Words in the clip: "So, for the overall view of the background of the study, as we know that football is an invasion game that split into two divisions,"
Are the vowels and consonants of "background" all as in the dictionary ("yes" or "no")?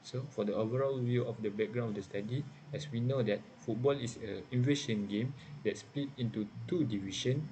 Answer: no